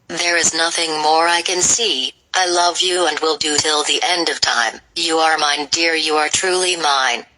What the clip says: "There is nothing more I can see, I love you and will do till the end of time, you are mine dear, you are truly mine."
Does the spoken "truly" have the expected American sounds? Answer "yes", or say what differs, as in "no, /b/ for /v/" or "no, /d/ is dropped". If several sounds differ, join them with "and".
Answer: yes